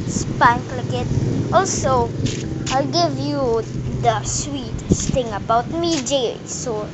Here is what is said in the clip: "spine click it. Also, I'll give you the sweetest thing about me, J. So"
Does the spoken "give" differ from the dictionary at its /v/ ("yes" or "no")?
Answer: no